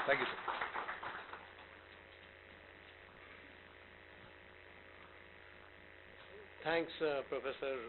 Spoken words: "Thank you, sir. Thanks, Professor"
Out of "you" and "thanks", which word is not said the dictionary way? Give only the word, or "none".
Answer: thanks